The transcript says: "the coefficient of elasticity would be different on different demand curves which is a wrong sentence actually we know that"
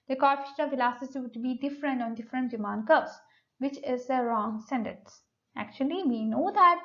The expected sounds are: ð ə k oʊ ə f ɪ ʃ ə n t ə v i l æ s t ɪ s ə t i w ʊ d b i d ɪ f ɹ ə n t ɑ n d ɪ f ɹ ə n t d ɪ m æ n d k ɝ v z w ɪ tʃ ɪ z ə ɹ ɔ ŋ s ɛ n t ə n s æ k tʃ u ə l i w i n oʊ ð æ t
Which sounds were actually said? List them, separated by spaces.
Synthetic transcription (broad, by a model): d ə k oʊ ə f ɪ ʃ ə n ə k l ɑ s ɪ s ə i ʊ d b i d ɪ f ɹ ə n t ɑ n d ɪ f ɹ ə n t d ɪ m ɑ n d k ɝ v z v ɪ tʃ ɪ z ə ɹ ɔ ŋ s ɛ n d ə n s æ k tʃ u ə l i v i n oʊ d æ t